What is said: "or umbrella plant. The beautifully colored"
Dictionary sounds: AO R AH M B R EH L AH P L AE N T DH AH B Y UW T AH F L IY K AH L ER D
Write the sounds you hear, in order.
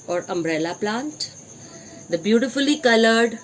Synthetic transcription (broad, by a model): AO R AH M B R EH L AH P L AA N T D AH B Y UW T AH F L IY K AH L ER D